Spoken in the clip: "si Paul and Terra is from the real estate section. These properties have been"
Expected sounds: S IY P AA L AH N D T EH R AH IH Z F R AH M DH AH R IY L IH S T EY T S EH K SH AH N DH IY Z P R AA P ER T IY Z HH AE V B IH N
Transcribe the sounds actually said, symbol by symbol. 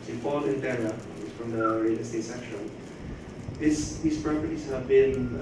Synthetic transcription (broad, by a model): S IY F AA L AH N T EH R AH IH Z F R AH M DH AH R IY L IH S T EY T S EH K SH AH N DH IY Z P R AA P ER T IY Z HH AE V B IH N